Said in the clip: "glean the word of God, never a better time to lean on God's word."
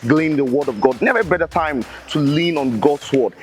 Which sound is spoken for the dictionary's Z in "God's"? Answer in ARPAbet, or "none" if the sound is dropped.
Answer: S